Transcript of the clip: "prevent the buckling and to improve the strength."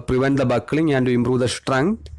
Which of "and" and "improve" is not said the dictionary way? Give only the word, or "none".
improve